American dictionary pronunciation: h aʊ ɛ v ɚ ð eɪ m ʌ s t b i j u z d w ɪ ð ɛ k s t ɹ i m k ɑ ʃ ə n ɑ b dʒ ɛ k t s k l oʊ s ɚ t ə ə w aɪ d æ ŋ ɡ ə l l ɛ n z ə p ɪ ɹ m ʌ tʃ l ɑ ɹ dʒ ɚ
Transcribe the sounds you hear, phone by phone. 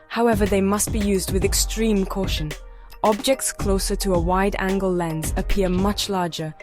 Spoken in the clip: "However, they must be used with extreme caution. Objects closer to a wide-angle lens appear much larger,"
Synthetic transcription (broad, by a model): h aʊ ɛ v ɚ ð eɪ m ʌ s t b i j u z d w ɪ ð ɛ k s t ɹ i m k ɑ ʃ ə n ɑ b dʒ ɛ k t s k l oʊ s ɚ t ə ə w aɪ d æ ŋ ɡ ə l l ɛ n z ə p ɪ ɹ m ʌ tʃ l ɑ ɹ dʒ ɚ